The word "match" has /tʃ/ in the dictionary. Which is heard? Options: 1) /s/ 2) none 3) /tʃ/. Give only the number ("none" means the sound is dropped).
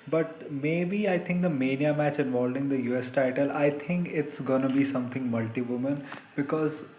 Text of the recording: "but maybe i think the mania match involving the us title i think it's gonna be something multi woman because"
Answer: 3